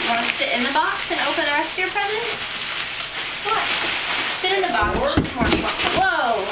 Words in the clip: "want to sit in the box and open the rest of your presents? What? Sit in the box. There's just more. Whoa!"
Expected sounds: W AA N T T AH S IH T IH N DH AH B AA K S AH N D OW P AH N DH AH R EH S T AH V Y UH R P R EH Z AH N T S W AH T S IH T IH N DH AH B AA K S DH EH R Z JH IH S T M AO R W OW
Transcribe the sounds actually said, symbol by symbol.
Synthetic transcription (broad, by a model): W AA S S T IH T IH N DH AH B AA K S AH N OW P AH N DH AH R EH S T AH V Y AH R P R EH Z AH T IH W AH T S IH T IH N DH AH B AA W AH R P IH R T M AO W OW